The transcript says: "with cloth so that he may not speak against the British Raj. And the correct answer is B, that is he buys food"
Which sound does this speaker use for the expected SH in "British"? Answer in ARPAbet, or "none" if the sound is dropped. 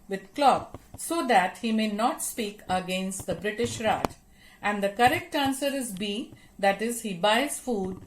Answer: SH